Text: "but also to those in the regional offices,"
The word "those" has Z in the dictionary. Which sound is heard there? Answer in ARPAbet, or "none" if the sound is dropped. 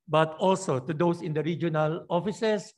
S